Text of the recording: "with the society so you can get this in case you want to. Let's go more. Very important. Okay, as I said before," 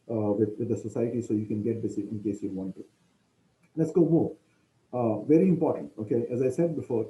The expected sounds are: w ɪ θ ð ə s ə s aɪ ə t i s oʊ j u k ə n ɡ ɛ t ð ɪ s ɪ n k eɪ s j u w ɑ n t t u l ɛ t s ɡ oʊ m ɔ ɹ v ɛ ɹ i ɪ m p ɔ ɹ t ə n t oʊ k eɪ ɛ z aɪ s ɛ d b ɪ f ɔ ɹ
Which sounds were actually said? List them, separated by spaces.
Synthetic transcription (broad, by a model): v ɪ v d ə s ə s aɪ ə t i s oʊ j u k ə n ɡ ɛ t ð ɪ s ɪ n k eɪ s j u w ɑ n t t u l ɛ t s ɡ oʊ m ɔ v ɛ ɹ i ɪ m p ɔ ɹ t ə n t oʊ k eɪ ɛ z aɪ s ɛ d b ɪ f ɔ ɹ